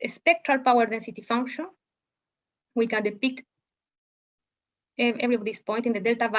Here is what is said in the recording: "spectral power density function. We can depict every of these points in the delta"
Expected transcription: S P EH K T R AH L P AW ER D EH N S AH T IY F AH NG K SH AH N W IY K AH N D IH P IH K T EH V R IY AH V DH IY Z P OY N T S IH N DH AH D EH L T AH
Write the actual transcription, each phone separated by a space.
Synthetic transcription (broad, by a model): S P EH K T R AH L P AW ER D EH N S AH T IY F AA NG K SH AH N W IY K AH N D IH P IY K T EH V R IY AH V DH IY S P OY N T IH N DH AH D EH L T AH